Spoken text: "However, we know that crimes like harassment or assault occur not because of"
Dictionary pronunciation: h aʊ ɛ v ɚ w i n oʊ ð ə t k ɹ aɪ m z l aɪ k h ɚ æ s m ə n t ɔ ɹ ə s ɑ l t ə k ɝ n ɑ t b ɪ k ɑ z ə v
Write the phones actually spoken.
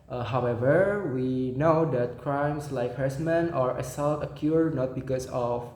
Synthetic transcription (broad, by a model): h aʊ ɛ v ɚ w i n oʊ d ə t k ɹ aɪ m s l aɪ k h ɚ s m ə n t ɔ ɹ ə s ɑ l t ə k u n ɑ t b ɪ k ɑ s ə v